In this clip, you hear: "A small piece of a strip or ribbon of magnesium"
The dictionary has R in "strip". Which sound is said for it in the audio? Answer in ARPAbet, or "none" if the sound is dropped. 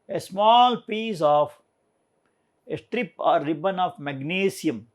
R